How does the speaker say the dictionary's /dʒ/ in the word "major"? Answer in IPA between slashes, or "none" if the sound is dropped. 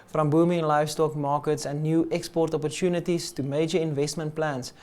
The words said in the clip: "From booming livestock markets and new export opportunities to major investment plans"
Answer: /dʒ/